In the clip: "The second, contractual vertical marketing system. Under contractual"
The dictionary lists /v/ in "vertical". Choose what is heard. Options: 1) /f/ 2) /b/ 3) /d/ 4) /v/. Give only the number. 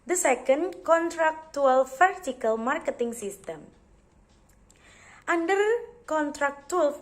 1